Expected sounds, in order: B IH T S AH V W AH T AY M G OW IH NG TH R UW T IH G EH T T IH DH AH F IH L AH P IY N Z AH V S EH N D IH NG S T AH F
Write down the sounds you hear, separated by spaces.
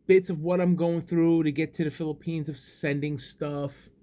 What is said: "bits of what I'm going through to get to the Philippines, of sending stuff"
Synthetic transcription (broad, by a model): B IH T S AH V W AH T AY M G OW IH NG TH R UW T IH G EH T T IH DH AH F IH L AH P IY N Z AH V S EH N D IH NG S T AH F